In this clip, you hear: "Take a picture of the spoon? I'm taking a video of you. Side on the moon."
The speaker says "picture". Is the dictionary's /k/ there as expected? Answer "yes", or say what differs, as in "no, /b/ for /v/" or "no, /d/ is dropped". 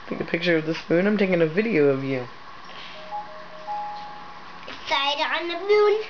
yes